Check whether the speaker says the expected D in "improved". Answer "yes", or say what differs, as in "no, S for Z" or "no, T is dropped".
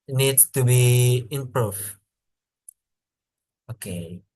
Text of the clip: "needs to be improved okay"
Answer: no, D is dropped